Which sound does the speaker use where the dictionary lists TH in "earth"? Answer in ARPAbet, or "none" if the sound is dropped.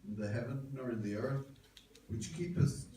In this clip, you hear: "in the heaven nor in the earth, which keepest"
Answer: TH